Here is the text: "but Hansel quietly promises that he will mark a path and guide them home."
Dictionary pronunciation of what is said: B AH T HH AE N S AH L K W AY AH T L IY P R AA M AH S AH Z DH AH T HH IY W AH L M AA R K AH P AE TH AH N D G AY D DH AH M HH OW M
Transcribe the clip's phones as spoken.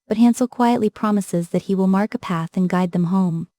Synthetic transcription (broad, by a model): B AH T HH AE N S L K W AY AH T L IY P R AA M AH S AH Z DH AH T HH IY W AH L M AA R K AH P AE TH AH N G AY D DH AH M HH OW M